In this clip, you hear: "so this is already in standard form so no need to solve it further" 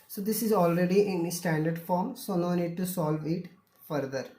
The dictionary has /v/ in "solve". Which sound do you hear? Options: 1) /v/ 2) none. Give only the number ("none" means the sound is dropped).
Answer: 1